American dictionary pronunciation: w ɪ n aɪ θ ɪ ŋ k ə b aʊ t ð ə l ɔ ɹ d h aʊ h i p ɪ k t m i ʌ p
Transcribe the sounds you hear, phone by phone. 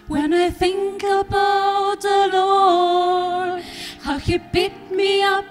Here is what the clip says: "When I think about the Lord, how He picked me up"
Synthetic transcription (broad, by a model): w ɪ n aɪ θ ɪ ŋ k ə b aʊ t ð ə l ɔ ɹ h aʊ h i b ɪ t m i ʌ p